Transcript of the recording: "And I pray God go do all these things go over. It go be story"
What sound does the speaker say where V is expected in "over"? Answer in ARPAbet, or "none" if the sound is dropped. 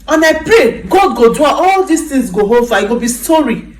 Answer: F